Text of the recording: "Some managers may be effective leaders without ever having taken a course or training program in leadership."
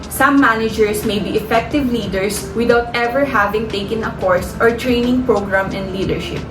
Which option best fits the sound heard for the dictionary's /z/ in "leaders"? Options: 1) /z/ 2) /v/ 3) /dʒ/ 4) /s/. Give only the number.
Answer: 4